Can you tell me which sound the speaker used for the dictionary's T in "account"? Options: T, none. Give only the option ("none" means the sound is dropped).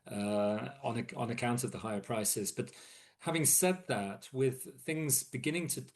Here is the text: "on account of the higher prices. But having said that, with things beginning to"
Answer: T